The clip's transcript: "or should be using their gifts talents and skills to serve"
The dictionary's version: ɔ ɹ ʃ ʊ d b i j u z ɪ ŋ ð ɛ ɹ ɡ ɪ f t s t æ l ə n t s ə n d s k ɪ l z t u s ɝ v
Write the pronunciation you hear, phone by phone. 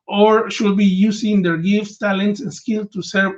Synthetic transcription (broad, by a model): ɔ ɹ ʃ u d b i j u s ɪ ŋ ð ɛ ɹ ɡ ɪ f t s t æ l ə n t s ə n s k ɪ l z t u s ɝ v